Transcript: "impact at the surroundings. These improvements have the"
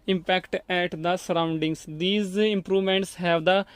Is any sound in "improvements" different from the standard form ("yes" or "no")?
no